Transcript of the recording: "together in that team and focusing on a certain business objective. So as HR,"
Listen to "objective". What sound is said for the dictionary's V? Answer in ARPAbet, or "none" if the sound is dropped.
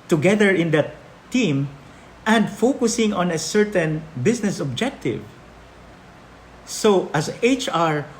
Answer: V